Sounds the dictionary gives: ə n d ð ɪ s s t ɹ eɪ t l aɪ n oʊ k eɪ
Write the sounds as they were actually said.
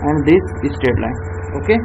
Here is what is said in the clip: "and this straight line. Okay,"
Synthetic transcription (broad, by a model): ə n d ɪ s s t eɪ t l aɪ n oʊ k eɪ